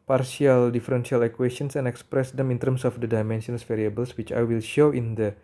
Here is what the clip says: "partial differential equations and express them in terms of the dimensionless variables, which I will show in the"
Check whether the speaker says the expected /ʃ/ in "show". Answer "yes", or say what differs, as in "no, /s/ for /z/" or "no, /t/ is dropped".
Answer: yes